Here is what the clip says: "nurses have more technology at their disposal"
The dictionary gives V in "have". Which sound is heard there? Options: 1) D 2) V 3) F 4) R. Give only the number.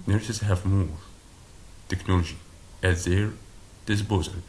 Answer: 2